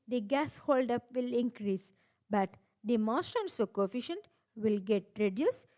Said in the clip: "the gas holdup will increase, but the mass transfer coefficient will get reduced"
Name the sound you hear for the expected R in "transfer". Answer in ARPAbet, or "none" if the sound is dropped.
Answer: none